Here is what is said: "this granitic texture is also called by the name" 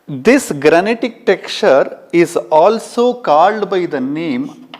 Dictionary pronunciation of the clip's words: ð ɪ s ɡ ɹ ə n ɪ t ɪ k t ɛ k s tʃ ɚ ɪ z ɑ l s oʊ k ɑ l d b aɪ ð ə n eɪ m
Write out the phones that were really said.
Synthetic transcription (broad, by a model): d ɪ s ɡ ɹ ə n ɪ t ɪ k t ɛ k tʃ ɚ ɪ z ɑ l s oʊ k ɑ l d b aɪ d ə n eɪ m